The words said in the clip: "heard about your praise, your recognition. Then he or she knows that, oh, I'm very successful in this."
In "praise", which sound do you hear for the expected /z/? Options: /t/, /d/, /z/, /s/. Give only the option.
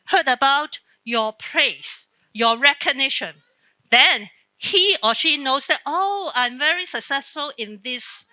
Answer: /s/